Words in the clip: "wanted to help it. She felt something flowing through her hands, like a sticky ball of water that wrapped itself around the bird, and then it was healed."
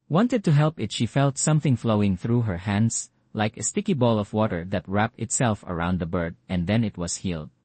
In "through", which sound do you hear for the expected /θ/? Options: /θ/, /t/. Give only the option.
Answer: /θ/